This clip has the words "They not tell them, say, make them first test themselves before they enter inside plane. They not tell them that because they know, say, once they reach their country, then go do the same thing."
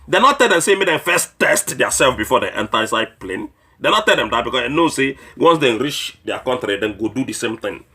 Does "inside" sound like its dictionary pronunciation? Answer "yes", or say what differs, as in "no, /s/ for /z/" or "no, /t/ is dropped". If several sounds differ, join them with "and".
no, /n/ is dropped